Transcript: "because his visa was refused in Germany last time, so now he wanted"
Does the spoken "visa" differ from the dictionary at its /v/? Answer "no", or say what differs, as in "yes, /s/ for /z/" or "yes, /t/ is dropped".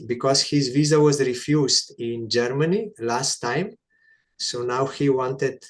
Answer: no